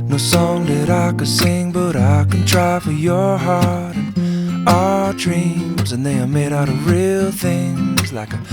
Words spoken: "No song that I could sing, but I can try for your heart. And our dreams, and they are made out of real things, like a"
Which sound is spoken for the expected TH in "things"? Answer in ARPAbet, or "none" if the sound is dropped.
TH